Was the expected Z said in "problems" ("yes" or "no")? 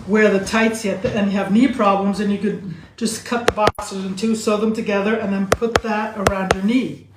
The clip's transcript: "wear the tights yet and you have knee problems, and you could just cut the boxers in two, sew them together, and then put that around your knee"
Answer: yes